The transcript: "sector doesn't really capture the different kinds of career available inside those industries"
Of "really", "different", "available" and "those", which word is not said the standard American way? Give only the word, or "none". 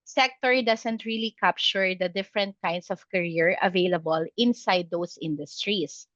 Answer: those